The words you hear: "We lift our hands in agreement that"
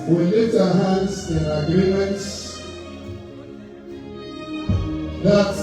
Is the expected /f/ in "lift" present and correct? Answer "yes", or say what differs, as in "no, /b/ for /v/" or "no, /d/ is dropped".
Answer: no, /f/ is dropped